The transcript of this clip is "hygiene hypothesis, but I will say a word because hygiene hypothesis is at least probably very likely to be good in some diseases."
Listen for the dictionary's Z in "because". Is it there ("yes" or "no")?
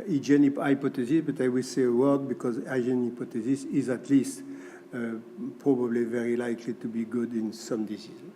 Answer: yes